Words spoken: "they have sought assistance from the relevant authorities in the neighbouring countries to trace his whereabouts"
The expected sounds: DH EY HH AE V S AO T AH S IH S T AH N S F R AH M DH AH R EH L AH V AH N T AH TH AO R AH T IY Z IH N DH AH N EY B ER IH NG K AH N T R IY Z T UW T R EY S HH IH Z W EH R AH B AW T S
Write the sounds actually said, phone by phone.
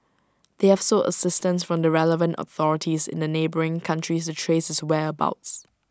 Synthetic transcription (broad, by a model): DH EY HH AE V S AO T AH S IH S T AH N S F R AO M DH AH R EH L AH V AH N T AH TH AO R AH T IY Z IH N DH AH N EY B ER IH NG K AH N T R IY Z T UW T R EY S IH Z W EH AH B AW T S